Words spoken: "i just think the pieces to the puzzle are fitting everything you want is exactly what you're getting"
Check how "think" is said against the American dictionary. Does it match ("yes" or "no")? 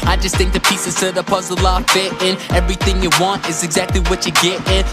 yes